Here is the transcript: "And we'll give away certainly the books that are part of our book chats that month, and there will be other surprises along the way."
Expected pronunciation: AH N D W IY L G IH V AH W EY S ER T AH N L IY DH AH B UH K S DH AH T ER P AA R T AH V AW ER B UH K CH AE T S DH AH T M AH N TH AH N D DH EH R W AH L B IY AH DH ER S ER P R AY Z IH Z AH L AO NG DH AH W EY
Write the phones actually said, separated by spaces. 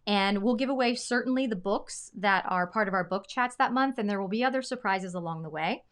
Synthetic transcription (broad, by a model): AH N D W IY L G IH V AH W EY S ER T N L IY DH AH B UH K S DH AH T ER P AA R T AH V AW ER B UH K CH AE T S DH AH T M AH N TH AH N DH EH R W AH L B IY AH DH ER S ER P R AY Z IH Z AH L AO NG DH AH W EY